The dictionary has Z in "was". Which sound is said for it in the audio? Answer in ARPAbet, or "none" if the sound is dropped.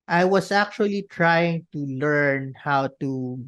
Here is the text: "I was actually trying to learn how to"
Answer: S